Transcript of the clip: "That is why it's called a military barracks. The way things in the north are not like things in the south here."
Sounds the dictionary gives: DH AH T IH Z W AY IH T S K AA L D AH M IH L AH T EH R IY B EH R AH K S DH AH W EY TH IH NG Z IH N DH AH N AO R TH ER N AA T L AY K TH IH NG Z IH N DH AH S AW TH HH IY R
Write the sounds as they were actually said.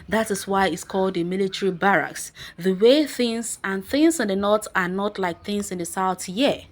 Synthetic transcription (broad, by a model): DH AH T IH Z W AY IH T S K AA L D AH M IH L AH T EH R IY B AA R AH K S DH AH W EY TH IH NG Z IH N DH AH N AO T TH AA N AA T L AY K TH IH NG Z IH N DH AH S AW TH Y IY